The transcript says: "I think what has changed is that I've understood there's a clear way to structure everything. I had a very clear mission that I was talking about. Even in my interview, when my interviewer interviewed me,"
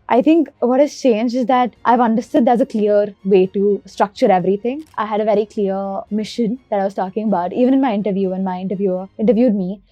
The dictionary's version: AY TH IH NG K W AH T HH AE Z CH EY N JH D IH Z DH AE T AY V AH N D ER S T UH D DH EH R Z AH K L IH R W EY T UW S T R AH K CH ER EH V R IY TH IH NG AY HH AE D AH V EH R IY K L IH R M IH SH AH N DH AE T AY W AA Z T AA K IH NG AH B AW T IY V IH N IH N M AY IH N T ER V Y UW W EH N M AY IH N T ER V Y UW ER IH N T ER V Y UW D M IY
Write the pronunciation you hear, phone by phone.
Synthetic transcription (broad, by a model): AY T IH NG K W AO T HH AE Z CH EY N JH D IH Z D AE T AY V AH N D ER S T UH D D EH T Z AH K L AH R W EY T UW S T R AH K CH ER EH V R IY T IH NG AY HH AE D AH V EH R IY K L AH R M IH SH AH N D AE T AY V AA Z T AA K IH NG AH B AW T IY V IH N IH N M AY IH N T ER V Y UW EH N M AY IH N T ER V Y UW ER IH N T ER V Y UW D M IY